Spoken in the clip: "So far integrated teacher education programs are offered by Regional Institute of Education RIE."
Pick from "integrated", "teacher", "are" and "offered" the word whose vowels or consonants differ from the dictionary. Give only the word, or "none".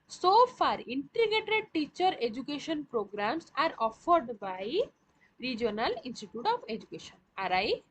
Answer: integrated